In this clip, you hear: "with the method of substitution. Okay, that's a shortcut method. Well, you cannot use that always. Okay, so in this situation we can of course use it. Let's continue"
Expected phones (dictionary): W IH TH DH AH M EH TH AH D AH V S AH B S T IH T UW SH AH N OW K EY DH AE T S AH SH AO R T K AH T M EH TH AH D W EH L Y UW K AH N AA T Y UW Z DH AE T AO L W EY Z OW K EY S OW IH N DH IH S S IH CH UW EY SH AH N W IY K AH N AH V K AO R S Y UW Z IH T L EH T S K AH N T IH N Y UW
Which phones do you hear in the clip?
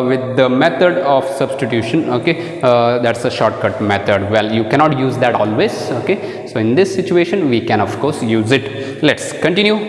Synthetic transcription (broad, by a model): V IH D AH M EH T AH D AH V S AH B S T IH T UW SH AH N OW K EY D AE T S AH SH AO R T K AH T M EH T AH D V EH L Y UW K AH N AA T Y UW Z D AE T AO L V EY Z OW K EY S OW IH N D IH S S IH CH UW EY SH AH N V IY K AH N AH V K AO R S Y UW Z IH T L EH T S K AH N T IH N Y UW